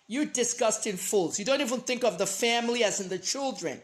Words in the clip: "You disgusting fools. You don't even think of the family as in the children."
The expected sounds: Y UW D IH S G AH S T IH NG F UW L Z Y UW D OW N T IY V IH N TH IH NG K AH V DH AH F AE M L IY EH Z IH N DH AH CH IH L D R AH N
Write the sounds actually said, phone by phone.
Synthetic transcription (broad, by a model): Y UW D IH S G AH S T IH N F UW L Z Y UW D OW N T IY V IH N TH IH NG K AH V DH AH F AE M L IY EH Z IH N DH AH CH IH L D R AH N